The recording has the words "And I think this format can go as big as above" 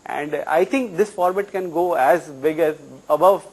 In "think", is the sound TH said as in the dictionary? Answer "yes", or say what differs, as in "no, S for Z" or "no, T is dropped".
no, T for TH